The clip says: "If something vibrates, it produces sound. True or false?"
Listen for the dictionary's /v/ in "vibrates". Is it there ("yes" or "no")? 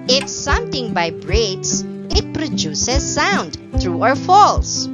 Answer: no